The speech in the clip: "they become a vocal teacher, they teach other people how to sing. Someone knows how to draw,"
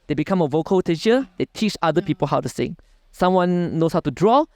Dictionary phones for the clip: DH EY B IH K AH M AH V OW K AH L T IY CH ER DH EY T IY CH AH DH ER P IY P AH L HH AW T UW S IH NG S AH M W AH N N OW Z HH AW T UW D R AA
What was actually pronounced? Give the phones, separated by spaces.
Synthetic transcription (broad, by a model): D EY B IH K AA M AH V OW K AH L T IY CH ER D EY T IY CH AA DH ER P IY P AH L HH AW T UW S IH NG S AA M W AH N N OW S HH AW T UW D R AA